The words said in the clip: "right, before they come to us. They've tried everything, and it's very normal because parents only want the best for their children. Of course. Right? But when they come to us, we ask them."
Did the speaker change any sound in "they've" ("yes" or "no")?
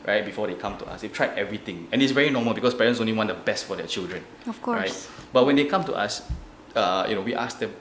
yes